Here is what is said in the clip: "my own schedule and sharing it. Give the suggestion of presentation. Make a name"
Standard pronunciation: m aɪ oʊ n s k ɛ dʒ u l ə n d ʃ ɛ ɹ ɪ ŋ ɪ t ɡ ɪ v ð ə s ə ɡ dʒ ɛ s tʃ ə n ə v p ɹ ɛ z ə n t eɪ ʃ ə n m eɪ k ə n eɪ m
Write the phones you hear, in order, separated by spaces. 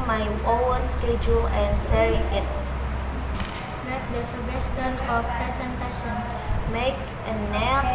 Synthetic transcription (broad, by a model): m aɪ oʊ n s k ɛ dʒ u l ə n d s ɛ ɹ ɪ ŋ ɪ t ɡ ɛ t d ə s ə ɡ ɛ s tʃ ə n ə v p ɹ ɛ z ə n t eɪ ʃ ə n m eɪ k ə n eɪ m